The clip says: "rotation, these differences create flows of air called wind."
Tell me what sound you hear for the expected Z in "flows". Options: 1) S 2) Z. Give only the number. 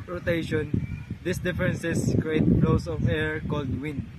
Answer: 1